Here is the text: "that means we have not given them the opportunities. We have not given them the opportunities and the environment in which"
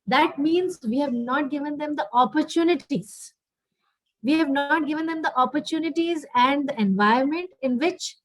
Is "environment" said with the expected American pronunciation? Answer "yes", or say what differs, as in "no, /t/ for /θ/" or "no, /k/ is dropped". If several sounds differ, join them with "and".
no, /ɹ/ is dropped